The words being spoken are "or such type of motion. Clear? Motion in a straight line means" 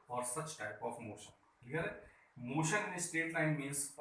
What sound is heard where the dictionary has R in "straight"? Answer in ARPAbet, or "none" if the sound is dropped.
none